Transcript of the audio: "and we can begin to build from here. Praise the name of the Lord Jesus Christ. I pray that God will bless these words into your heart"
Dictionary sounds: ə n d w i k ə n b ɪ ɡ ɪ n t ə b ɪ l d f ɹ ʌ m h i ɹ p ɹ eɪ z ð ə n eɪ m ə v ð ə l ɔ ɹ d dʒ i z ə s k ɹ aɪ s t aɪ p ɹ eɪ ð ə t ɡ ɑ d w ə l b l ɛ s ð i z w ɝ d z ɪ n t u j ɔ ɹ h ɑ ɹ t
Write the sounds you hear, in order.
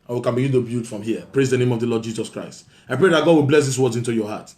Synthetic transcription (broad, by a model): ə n w i k ə n b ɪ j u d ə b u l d f ɹ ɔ m h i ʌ p ɹ eɪ z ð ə n eɪ m ə v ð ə l ɔ d dʒ i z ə s k ɹ aɪ s t aɪ p ɹ eɪ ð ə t ɡ ɑ d w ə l b l ɛ s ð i s w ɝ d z ɪ n t u j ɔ h ɑ t